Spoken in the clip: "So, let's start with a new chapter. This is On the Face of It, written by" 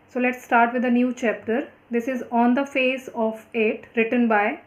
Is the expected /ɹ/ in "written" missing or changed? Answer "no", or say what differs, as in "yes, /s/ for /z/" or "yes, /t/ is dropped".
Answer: no